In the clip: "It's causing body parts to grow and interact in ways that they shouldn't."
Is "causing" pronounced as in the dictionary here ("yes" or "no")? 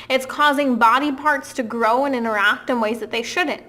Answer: yes